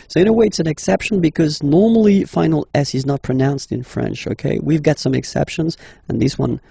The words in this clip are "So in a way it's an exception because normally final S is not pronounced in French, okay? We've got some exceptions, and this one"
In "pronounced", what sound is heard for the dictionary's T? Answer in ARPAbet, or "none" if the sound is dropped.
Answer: T